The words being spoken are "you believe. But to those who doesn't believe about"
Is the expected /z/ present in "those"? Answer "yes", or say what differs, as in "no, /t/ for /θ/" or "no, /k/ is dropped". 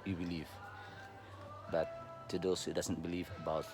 no, /s/ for /z/